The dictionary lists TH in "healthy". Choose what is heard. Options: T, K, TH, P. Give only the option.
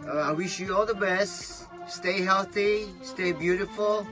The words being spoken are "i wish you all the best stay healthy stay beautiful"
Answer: TH